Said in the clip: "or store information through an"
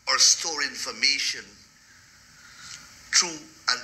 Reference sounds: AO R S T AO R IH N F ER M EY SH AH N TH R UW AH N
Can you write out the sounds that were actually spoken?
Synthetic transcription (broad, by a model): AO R S T AO R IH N F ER M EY SH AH N T R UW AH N